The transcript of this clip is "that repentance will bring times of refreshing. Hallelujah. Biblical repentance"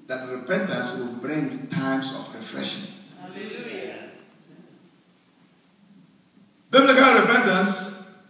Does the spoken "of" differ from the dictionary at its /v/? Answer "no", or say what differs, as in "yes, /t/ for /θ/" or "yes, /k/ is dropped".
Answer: yes, /f/ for /v/